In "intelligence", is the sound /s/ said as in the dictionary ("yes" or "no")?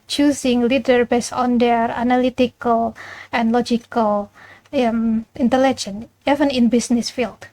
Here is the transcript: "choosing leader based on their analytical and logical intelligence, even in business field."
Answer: no